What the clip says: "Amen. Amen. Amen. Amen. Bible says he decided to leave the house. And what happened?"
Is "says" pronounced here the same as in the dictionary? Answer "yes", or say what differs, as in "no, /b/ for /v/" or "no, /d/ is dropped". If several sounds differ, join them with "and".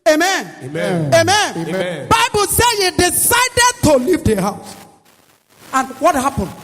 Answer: no, /z/ is dropped